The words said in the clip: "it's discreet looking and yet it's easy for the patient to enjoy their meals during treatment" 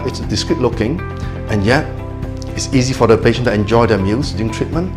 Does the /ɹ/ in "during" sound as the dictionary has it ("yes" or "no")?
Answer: no